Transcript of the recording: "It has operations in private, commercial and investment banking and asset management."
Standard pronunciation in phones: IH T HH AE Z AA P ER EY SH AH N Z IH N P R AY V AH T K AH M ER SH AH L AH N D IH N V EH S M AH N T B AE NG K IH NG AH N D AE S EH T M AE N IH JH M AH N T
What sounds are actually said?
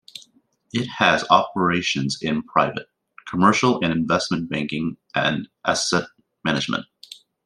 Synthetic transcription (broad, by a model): IH T HH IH Z AA P ER EY SH AH N Z IH N P R AY V AH T K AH M ER SH L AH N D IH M V EH S M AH N B AE NG K IH NG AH N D AE S EH T M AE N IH JH M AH N T